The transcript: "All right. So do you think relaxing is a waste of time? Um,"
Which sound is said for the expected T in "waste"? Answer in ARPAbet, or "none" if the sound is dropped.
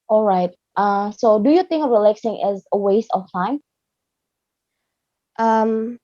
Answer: T